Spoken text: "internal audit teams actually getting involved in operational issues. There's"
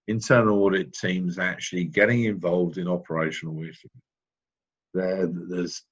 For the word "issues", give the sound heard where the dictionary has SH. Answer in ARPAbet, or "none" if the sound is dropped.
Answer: S